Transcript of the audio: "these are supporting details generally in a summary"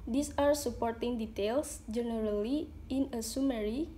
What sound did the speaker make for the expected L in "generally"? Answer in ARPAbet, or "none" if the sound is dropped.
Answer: L